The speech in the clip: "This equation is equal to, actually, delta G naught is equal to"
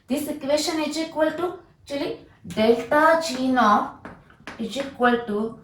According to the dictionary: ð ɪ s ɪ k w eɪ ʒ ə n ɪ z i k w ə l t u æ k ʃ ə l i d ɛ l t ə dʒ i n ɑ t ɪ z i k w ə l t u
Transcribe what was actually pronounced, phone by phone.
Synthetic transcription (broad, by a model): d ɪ s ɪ k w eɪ ʃ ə n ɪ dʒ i k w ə l t u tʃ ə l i d ɛ l t ə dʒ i n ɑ ɪ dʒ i k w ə l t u